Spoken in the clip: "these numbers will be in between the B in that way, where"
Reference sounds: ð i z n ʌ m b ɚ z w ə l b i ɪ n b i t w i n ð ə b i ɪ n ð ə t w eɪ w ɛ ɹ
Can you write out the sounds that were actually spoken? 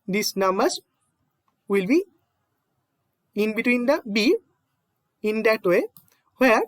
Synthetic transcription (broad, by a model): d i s n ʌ m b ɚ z w ə l b i ɪ n b i t w i n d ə b i ɪ n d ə t w eɪ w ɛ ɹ